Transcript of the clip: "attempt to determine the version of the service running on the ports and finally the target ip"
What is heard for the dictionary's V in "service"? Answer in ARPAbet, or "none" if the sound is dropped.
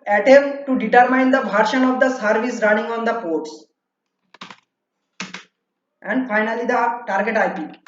V